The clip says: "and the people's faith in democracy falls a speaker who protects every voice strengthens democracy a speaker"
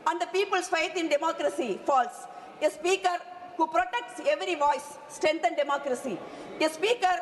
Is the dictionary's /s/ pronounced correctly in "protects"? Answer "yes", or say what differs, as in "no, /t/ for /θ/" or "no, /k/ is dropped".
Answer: yes